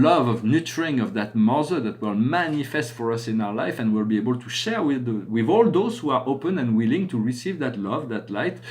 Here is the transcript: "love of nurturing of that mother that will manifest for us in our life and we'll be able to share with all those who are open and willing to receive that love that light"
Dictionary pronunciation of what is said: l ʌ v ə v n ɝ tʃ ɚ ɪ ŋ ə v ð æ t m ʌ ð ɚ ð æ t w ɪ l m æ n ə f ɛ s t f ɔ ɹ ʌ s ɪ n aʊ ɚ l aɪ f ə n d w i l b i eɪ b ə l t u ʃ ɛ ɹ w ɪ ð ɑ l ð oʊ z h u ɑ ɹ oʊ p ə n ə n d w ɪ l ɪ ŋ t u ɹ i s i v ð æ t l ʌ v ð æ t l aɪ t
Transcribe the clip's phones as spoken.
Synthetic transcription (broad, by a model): l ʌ v ə v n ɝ tʃ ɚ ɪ ŋ ə v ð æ t m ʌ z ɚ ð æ t w ɪ l m æ n ə f ɛ s t f ɔ ɹ ʌ s ɪ n aʊ ɚ l aɪ f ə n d w i l b i eɪ b ə l t u ʃ ɛ ɹ w ɪ ð ɑ l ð oʊ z h u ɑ ɹ oʊ p ə n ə n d w ɪ l ɪ ŋ t u ɹ i s i v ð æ t l ʌ v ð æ t l aɪ t